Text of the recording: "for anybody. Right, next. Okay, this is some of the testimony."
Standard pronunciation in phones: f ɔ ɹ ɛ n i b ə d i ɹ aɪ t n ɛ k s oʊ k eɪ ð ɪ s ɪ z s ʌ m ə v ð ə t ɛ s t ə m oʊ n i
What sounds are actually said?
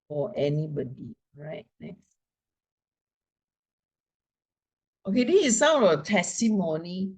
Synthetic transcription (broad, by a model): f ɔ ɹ ɛ n i b ə d i ɹ aɪ t n ɛ k s oʊ k eɪ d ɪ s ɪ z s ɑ ə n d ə t ɛ s t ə m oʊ n i